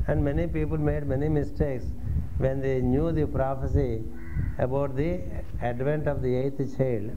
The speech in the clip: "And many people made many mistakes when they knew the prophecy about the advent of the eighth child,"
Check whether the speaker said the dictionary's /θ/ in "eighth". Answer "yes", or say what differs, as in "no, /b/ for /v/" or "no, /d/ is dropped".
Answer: no, /t/ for /θ/